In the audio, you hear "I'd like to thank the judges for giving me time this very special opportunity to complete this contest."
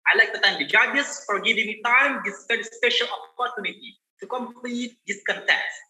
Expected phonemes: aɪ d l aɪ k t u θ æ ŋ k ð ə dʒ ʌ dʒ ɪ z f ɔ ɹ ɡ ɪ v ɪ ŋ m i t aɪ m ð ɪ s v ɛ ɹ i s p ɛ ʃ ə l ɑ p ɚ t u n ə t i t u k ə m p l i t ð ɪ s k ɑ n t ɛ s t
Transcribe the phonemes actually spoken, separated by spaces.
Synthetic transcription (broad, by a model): aɪ l aɪ k t u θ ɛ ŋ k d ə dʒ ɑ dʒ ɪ s f ɔ ɹ ɡ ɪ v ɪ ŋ m i t aɪ m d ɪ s p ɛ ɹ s s p ɛ ʃ ə l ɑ p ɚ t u n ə t i t u k ə m p l i t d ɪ s k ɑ n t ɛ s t